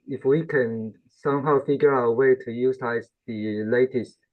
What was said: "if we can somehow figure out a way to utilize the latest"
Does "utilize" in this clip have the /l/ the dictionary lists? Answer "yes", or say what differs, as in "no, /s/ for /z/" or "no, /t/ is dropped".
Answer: no, /l/ is dropped